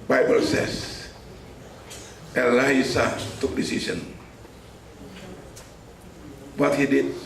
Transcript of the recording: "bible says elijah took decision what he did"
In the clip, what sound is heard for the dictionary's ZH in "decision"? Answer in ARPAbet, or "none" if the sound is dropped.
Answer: S